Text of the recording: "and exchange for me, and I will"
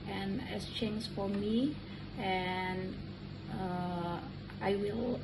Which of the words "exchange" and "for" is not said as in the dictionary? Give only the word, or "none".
exchange